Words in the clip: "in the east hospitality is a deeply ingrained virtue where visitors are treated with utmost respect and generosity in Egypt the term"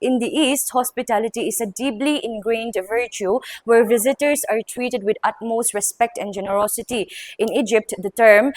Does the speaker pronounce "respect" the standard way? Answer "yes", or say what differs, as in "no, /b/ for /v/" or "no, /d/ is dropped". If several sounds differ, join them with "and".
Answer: yes